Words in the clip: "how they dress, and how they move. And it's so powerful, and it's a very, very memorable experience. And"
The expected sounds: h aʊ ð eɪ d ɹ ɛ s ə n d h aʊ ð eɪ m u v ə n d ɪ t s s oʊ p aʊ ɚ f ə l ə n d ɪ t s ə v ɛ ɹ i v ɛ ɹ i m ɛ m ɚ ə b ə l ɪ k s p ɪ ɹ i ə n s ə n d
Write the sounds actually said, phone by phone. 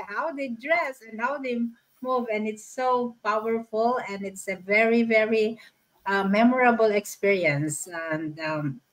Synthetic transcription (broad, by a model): h aʊ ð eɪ d ɹ ɛ s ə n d h aʊ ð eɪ m u v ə n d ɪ t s s oʊ p aʊ ɚ f ə l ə n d ɪ t s ə v ɛ ɹ i v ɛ ɹ i m ɛ m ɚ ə b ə l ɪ k s p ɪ ɹ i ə n s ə n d